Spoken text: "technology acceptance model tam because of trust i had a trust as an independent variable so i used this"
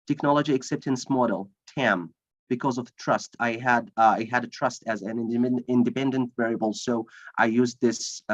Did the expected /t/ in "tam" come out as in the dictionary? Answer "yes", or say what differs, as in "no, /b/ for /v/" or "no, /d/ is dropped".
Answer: yes